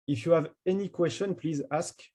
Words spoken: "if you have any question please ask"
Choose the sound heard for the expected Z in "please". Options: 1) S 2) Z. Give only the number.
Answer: 2